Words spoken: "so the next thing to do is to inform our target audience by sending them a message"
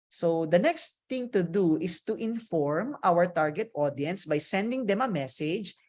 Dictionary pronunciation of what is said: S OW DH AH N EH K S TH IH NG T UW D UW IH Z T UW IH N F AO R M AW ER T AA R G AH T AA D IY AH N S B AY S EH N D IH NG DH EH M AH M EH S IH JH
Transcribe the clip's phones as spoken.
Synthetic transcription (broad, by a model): S OW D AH N EH K S T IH NG T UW D UW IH S T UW IH N F AO R M AW ER T AA R G AH T AA D IY AH N S B AY S EH N D IH NG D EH M AH M EH S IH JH